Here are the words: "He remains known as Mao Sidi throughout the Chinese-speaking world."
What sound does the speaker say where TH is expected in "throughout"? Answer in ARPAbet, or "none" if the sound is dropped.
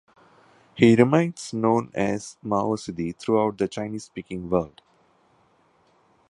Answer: T